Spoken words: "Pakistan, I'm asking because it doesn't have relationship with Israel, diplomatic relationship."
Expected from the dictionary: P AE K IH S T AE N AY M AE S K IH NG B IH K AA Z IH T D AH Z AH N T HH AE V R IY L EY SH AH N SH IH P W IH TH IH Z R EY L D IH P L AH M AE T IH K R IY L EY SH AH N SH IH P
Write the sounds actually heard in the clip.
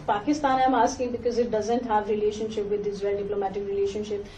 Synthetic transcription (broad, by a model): P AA K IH S T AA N AY M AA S K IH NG B IH K AA Z IH T D AH Z AH N T HH AE V R IY L EY SH AH N SH IH P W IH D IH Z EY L D IH P L AH M AE T IH K R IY L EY SH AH N SH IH P